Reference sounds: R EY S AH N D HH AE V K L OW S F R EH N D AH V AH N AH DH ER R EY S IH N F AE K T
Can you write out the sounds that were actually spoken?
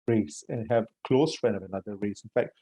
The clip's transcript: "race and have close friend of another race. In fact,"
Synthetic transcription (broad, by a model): R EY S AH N HH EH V K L OW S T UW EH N AH V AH N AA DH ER R EY S IH N F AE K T